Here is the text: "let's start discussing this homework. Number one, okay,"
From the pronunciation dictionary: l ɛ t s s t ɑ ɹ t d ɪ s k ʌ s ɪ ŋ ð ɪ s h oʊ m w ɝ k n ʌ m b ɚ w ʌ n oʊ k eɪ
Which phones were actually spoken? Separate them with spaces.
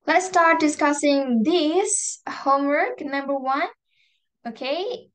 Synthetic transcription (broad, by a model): l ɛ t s s t ɑ ɹ t d ɪ s k ʌ s ɪ ŋ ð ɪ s h oʊ m w ɝ k n ʌ m b ɚ w ʌ n oʊ k eɪ